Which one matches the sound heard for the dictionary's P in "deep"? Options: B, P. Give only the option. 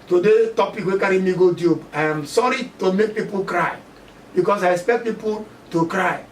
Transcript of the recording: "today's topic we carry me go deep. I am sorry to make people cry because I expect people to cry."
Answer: B